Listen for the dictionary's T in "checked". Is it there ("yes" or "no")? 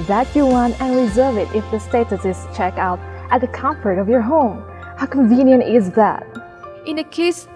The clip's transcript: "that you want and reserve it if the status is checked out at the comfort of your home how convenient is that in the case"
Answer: no